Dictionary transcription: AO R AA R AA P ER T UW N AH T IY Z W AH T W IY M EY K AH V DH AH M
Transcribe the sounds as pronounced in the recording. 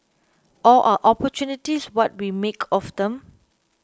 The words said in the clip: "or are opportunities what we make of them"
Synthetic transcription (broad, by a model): AO L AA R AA P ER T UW N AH T IY S W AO T W IY M EY K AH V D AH M